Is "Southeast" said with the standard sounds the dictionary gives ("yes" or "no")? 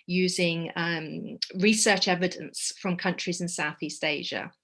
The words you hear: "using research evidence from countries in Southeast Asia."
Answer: yes